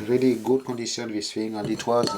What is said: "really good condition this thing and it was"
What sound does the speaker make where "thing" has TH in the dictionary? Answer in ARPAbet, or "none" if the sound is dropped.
F